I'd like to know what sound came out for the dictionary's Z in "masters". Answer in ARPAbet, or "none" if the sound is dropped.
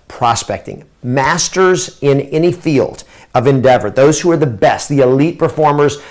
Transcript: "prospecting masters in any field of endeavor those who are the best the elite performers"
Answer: Z